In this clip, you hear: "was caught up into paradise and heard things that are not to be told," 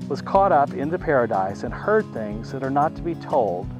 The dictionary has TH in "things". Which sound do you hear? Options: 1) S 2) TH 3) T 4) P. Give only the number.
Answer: 2